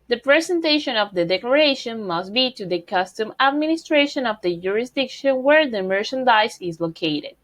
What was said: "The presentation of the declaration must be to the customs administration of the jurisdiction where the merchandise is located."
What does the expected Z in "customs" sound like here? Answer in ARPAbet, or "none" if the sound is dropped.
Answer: none